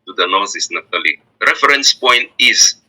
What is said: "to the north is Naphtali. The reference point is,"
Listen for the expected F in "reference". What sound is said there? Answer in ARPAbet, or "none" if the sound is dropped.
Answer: none